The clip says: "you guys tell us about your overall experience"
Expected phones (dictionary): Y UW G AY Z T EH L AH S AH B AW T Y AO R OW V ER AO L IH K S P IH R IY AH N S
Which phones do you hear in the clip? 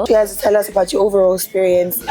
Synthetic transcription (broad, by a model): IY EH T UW T EH L AH S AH B AW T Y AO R OW V ER AO L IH K S P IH R IY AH N S